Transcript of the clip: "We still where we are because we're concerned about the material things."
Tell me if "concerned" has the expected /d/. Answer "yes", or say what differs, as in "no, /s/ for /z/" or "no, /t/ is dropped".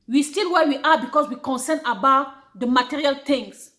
no, /d/ is dropped